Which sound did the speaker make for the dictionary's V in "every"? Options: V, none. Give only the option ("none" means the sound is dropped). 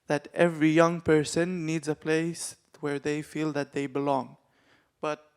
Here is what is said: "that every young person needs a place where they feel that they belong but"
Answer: V